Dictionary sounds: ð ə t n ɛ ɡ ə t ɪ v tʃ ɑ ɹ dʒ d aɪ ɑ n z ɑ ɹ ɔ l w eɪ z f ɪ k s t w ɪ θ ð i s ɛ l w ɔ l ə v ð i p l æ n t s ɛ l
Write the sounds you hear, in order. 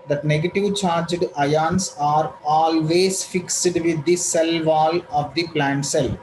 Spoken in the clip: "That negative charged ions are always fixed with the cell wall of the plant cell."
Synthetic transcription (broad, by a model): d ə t n ɛ ɡ ə t ɪ v tʃ ɑ ɹ dʒ d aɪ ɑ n s ɑ ɹ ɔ l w eɪ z f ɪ k s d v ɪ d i s ɛ l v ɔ l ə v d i p l æ n t s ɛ l